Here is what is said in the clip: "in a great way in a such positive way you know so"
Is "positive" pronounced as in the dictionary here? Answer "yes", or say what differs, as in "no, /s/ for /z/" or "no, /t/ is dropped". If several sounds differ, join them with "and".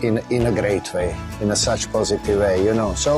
yes